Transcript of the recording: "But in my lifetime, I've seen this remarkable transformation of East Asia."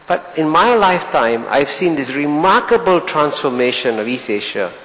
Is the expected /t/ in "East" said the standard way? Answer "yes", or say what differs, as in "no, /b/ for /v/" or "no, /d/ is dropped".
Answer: no, /t/ is dropped